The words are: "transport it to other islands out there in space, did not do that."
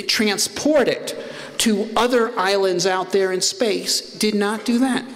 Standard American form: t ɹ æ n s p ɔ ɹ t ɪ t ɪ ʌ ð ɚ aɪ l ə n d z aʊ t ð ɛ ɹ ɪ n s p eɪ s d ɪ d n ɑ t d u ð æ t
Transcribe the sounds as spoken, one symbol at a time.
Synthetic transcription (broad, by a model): t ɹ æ n s p ɔ ɹ t ɪ t ɪ ʌ ð ɚ aɪ l ə n d z aʊ t ð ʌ ɹ ɪ n s p eɪ s d ɪ d n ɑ t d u ð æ t